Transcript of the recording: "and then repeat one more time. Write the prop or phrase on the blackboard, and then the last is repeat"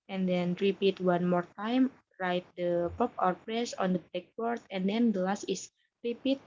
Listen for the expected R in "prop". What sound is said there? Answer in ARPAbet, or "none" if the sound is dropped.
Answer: none